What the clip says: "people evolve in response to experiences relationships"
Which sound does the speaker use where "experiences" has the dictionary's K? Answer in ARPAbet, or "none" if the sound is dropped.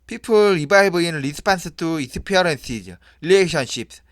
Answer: none